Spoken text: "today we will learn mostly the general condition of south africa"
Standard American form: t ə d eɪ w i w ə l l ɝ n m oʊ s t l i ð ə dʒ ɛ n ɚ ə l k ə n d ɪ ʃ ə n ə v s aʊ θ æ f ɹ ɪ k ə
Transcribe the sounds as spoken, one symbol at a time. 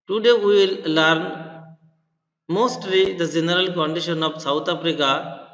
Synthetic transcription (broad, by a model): t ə d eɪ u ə l l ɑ n m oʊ s t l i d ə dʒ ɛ n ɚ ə l k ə n d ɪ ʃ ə n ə p s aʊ t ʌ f ɹ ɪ k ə